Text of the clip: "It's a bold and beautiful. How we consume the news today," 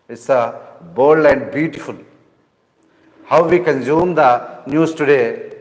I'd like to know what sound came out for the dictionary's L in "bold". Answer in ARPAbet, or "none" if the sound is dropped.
none